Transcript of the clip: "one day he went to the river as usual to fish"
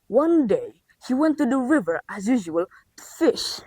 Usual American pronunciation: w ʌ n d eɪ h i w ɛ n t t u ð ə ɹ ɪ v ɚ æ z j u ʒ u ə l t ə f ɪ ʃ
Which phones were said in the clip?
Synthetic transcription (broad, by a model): w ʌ n d eɪ h i w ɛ n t t u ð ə ɹ ɪ v ɚ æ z j u ʒ u ə l f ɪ ʃ